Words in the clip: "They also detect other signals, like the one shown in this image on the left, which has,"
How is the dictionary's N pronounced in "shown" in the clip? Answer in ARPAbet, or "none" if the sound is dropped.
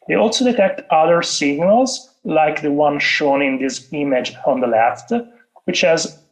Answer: N